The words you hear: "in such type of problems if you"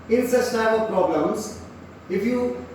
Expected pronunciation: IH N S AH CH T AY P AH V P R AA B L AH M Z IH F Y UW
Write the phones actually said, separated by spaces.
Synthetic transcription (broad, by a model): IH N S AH S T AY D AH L P R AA B L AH M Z IH F Y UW